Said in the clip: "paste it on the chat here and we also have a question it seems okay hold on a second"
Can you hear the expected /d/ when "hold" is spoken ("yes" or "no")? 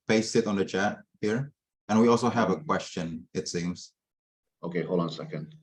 no